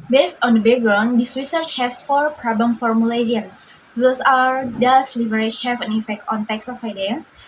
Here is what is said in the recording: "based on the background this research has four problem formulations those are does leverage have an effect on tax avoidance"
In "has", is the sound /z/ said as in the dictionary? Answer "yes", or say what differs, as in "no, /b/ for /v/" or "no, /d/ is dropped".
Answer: no, /s/ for /z/